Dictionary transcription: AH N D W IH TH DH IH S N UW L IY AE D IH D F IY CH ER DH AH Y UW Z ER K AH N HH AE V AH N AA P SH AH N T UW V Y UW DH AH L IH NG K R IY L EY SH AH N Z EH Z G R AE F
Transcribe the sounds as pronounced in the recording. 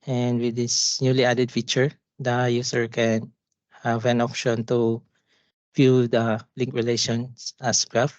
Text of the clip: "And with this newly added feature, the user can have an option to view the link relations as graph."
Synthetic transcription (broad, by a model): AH N D W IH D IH S N UW L IY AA D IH D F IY CH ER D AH Y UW S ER K AH N HH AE V AH N AA P SH AH N T UW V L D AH L IH NG K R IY L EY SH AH N S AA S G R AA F